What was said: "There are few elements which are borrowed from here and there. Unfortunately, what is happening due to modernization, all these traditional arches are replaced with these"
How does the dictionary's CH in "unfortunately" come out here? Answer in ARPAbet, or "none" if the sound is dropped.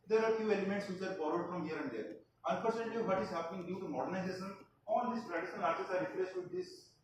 S